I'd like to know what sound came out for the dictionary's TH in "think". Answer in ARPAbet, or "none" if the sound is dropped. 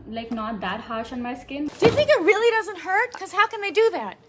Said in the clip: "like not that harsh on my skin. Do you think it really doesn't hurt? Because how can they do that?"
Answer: TH